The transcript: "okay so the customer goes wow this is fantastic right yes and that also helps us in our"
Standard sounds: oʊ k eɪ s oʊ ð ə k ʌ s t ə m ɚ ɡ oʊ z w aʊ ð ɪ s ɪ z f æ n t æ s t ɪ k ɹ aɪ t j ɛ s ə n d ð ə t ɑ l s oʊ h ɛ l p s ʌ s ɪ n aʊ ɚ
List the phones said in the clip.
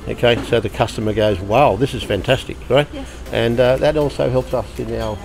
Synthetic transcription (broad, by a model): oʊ k eɪ s oʊ ð ə k ʌ s t ə m ɚ ɡ oʊ z w aʊ ð ɪ s ɪ z f æ n t æ s t ɪ k ɹ aɪ t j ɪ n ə ð ə t ɑ l s oʊ h ɛ l p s ʌ s ɪ n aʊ